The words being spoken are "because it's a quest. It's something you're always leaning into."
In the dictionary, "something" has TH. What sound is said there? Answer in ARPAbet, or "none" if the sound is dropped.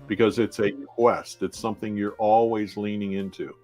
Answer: TH